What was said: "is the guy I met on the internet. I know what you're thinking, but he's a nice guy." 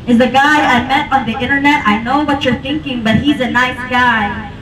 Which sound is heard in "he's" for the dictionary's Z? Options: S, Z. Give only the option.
Z